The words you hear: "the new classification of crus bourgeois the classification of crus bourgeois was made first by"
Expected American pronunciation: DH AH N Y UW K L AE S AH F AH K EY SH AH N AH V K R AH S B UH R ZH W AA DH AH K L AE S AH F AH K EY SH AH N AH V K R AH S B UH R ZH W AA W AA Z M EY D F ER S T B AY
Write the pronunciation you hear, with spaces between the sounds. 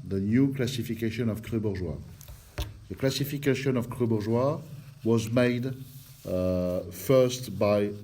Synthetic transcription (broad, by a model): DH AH N Y UW K L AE S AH F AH K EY SH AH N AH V K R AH B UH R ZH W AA DH AH K L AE S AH F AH K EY SH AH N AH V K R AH B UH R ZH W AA W AA Z M EY D F ER S T B AY